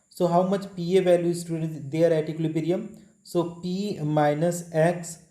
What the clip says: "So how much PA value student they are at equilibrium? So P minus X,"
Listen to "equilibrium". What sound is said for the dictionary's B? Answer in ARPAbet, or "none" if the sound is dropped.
none